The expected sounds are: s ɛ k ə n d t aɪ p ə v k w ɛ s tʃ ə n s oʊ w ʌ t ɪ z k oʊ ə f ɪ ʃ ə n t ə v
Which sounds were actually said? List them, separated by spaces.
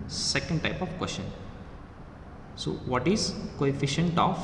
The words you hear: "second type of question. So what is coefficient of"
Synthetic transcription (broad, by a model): s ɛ k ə n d t aɪ p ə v k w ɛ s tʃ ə n s oʊ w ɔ t ɪ z k oʊ ə f ɪ ʃ ə n t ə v